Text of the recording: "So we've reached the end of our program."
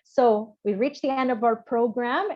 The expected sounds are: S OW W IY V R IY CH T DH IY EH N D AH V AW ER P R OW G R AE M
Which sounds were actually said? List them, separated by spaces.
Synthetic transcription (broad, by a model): S OW W IY R IY CH DH IY EH N D AH V AW ER P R OW G R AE M